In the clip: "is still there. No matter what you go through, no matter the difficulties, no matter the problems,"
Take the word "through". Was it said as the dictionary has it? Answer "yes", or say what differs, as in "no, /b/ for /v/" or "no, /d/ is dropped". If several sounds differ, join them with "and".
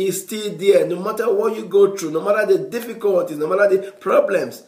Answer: no, /t/ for /θ/